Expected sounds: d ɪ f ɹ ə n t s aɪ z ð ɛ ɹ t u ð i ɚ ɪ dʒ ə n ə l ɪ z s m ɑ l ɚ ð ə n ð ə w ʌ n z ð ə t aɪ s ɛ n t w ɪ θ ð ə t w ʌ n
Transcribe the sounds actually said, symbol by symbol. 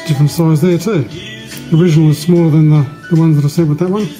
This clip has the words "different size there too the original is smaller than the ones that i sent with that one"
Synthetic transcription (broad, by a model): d ɪ f ɹ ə n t s aɪ z ð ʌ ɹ t u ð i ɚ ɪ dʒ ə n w ɪ z s m ɑ l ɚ ð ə n ð ə w ʌ n z ð ə t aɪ s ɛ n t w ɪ ð ə t w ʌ n